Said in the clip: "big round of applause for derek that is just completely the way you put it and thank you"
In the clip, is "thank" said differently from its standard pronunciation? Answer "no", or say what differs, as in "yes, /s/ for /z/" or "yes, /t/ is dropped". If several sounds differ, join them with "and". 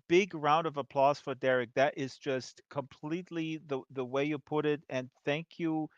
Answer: no